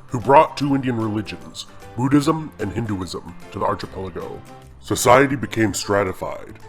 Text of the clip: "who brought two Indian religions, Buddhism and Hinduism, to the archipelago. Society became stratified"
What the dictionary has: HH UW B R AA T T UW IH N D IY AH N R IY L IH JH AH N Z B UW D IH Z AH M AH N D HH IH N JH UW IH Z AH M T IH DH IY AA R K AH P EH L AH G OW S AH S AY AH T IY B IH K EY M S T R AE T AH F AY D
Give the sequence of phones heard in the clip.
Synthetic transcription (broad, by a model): HH UW B R AA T T UW IH N D IY AH N R IY L IH JH AH N Z B UW D IH Z AH M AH N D HH IH N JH UW IH Z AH M T IH DH IY AA R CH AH P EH L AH G OW S AH S AY AH T IY B IH K EY M S T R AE T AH F AY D